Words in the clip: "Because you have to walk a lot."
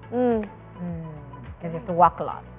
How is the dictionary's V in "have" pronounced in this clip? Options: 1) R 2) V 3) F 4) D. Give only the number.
3